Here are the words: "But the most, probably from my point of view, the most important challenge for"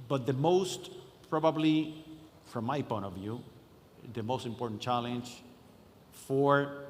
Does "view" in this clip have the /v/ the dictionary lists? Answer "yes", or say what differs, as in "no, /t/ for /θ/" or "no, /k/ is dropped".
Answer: yes